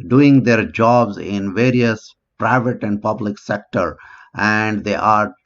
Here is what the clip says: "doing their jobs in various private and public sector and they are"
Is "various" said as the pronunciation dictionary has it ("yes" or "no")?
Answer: yes